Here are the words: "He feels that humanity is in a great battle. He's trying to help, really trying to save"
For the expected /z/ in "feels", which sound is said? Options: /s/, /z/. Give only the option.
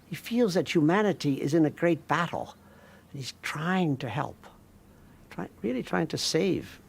/z/